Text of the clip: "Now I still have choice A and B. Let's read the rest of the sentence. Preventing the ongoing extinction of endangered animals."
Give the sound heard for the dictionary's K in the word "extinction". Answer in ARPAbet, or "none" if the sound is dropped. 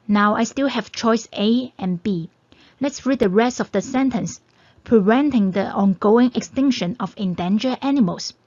K